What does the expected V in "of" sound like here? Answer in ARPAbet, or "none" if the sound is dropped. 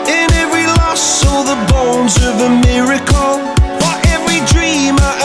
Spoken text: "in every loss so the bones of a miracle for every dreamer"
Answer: V